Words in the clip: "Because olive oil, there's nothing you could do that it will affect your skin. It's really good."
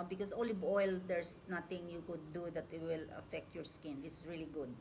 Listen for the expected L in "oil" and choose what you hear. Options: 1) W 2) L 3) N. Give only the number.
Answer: 2